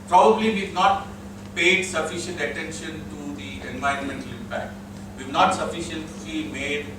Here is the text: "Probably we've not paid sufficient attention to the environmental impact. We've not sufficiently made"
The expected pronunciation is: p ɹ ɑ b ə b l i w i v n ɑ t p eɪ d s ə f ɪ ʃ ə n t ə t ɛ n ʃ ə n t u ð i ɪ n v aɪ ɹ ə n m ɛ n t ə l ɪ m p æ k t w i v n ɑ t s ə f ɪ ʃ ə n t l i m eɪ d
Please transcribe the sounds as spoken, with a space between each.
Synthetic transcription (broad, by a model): p ɹ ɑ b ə b l i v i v n ɑ t p eɪ d s ə f ɪ ʃ ə n t ə t ɛ n ʃ ə n t u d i ɪ n v aɪ ɹ ə n m ɛ n t ə l ɪ m p æ k t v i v n ɑ t s ə f ɪ ʃ ə n t l i m eɪ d